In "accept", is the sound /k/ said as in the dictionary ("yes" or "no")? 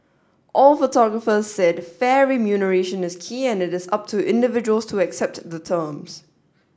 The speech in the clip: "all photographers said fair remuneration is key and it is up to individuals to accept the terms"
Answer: yes